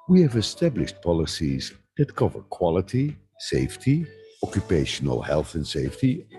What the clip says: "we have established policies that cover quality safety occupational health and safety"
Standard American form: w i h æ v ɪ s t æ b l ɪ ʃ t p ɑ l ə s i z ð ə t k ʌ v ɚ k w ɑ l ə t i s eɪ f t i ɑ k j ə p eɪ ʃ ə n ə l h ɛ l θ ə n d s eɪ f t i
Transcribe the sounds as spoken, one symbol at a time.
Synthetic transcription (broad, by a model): w i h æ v ɪ s t æ b l ɪ ʃ t p ɑ l ə s i z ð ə t k ʌ v ɚ k w ɑ l ə t i s eɪ f t i ɑ k j ə p eɪ ʃ ə n ə l h ɛ l θ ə n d s eɪ f t i